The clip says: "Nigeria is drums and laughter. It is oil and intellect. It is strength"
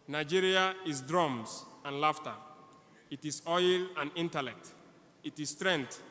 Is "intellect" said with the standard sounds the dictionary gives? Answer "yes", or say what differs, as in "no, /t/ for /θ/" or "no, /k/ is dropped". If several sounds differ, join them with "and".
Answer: yes